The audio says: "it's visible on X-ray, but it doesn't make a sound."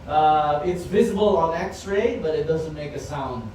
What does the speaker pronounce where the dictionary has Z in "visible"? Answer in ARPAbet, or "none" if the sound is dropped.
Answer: Z